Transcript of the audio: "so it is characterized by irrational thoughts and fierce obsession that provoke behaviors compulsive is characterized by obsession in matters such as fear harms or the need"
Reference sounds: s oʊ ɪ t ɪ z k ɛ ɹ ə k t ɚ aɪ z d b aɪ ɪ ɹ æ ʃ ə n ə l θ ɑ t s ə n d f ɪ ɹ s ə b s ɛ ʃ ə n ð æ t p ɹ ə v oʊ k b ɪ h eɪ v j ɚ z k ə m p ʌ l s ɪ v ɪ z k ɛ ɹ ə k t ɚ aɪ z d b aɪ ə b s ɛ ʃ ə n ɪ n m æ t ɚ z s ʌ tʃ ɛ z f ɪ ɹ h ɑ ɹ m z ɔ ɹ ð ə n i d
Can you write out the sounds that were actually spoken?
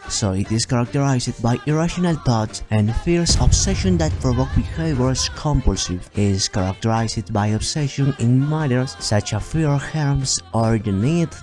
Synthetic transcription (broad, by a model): s oʊ ɪ t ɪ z k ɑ ɹ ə k t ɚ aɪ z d b aɪ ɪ ɹ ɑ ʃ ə n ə l t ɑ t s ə n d f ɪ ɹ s ə b s ɛ ʃ ə n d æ t p ɹ ə v oʊ k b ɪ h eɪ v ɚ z k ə m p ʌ l s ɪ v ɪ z k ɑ ɹ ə k t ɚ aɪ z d b aɪ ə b s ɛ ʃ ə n ɪ n m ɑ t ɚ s s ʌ tʃ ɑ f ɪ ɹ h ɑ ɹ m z ɔ ɹ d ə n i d